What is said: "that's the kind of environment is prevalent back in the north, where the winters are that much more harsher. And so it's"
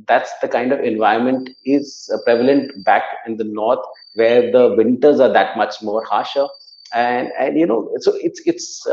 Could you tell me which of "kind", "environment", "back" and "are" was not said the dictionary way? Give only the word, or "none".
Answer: environment